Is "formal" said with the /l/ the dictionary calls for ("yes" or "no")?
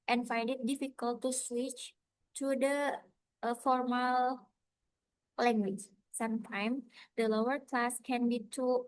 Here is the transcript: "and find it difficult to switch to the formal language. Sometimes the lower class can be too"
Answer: yes